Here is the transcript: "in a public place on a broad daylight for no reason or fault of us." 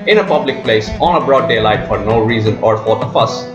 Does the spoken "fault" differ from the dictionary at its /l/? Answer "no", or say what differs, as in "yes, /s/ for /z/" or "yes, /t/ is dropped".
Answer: yes, /l/ is dropped